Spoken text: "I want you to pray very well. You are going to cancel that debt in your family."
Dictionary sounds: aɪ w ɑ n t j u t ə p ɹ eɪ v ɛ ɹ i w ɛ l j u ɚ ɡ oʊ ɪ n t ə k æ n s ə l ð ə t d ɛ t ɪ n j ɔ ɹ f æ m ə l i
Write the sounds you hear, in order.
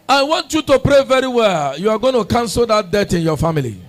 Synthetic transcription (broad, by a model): aɪ w ɑ n t j u t ə p ɹ eɪ v ɛ ɹ i w ɛ l j u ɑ ɡ oʊ ɪ n t ə k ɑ n s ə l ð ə t d ɛ t ɪ n j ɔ f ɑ m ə l i